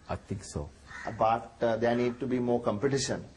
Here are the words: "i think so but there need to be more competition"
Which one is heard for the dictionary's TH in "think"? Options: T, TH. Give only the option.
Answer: T